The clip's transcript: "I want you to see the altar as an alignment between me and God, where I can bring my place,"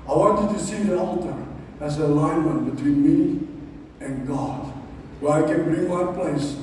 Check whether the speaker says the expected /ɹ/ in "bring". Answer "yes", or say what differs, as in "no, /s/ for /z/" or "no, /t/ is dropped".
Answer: yes